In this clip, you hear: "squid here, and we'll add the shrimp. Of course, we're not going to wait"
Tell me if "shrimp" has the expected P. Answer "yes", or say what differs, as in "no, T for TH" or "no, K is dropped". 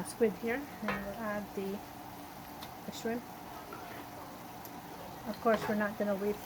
no, P is dropped